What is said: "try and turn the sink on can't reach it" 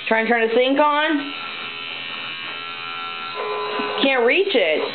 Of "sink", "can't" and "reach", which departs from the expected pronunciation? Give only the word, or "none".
sink